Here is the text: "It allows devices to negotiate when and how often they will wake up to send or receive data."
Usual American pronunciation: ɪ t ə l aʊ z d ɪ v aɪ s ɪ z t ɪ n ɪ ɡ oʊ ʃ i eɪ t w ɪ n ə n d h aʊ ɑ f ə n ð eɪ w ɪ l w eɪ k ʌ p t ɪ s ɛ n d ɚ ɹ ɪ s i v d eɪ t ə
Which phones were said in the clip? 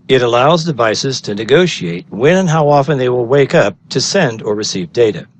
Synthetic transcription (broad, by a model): ɪ t ə l aʊ z d ɪ v aɪ s ɪ z t ɪ n ɪ ɡ oʊ ʃ i eɪ t w ɪ n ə n h aʊ ɑ f ə n ð eɪ w ɪ l w eɪ k ʌ p t ɪ s ɛ n d ɚ ɹ ɪ s i v d eɪ t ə